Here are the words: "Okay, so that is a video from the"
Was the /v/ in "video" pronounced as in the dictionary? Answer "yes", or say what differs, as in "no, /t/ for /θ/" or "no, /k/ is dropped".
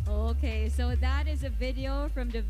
yes